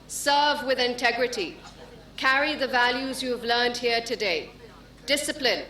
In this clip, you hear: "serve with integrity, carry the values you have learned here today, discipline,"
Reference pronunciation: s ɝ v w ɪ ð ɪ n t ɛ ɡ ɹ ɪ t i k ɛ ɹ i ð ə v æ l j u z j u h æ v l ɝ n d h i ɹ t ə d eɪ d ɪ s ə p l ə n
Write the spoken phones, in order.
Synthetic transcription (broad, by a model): s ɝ v w ɪ ð ɪ n t ɛ ɡ ɹ ɪ t i k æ ɹ i ð ə v æ l j u z j u v l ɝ n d h i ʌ t ə d eɪ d ɪ s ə p l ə n